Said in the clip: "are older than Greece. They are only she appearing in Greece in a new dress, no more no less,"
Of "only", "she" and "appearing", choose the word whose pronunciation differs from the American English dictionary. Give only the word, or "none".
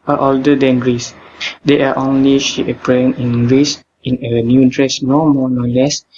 appearing